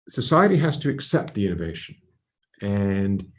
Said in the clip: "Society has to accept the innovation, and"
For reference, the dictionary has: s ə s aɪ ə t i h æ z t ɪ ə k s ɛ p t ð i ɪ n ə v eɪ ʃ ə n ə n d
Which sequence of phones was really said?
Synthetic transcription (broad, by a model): s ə s aɪ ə t i h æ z t ɪ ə k s ɛ p t ð i ɪ n ə v eɪ ʃ ə n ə n